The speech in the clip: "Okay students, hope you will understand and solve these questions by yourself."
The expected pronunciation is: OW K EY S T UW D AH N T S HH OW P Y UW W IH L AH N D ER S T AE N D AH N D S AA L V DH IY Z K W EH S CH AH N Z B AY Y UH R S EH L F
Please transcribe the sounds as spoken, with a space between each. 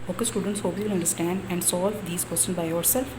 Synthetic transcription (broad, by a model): OW K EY S T UW D AH N T S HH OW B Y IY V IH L AH N D ER S T AE N D AH N D S AA L V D IY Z K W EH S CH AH N B AY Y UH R S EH L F